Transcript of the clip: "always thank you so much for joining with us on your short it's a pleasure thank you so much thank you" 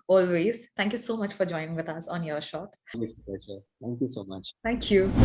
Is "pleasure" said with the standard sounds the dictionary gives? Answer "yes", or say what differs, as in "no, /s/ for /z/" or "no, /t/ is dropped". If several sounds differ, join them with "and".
no, /l/ is dropped